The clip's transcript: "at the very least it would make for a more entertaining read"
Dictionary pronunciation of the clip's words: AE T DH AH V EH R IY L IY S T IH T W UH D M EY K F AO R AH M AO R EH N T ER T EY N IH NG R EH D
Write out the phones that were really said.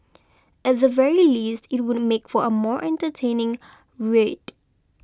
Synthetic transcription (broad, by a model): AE T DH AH V EH R IY L IY S T IH T W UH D M EY K F AO R AH M AO R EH N T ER T EY N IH NG R EH D